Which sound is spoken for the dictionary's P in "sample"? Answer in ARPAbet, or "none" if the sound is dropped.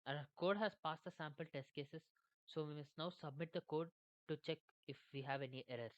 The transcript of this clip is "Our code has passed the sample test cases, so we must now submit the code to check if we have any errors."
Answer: P